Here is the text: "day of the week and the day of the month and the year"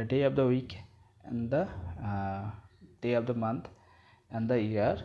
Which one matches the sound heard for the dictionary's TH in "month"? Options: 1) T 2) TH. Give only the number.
1